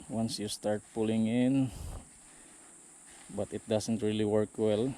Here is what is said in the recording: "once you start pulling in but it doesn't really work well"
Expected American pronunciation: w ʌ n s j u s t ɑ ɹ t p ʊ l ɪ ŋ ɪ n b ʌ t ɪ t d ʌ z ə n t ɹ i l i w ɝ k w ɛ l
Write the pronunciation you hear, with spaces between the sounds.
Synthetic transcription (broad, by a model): w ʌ n s j u s t ɑ ɹ t p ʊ l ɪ ŋ ɪ n b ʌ t ɪ t d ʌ s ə n t ɹ i l i w ɝ k w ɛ l